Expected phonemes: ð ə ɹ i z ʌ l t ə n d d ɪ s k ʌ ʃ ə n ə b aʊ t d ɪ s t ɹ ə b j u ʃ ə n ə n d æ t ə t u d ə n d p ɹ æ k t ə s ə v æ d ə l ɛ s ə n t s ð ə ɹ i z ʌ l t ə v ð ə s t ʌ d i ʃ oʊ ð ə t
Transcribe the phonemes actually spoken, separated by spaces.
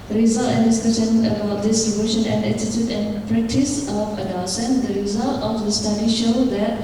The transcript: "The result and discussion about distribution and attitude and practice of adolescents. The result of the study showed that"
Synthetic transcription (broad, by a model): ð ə ɹ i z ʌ l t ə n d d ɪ s k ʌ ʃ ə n ə b aʊ t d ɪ s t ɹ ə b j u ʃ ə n ə n d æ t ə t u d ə n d p ɹ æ k t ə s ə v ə n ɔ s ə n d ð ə ɹ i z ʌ l t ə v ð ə s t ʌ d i ʃ oʊ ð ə t